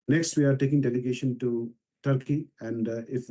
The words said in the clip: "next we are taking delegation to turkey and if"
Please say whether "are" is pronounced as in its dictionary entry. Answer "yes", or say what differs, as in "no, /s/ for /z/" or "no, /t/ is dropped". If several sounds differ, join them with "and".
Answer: yes